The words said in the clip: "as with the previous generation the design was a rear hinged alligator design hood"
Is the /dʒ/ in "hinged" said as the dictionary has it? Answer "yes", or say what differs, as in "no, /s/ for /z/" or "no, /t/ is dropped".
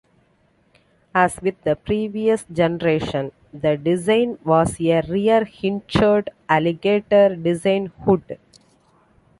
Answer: no, /tʃ/ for /dʒ/